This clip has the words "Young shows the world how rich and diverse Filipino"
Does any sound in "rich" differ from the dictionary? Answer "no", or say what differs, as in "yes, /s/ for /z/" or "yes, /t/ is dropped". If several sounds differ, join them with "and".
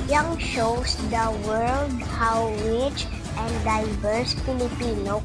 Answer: yes, /w/ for /ɹ/